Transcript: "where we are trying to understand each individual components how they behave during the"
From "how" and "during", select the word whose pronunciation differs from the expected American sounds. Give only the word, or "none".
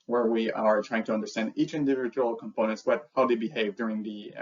none